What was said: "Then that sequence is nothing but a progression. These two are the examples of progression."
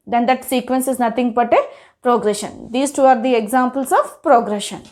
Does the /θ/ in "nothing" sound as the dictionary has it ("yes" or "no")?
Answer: no